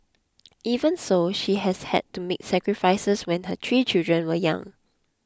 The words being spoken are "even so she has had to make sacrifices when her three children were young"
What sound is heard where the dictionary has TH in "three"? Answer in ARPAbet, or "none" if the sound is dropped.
T